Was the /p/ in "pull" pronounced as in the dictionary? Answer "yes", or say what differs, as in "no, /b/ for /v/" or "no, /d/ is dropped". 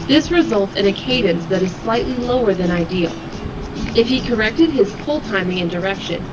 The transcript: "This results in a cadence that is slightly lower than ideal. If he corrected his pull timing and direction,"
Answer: no, /f/ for /p/